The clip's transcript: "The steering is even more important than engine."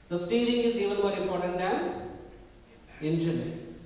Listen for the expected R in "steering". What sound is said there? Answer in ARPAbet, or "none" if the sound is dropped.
L